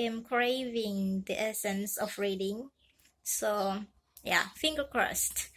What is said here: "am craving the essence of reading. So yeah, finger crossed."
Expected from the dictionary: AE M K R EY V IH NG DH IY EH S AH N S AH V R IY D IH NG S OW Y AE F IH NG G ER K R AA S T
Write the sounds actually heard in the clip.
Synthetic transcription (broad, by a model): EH M K R EY V IH NG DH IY EH S AH N S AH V R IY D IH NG S OW Y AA F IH NG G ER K R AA S T